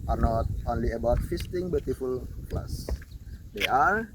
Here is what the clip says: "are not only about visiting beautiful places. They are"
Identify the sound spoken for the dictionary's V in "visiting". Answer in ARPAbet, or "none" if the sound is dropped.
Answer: F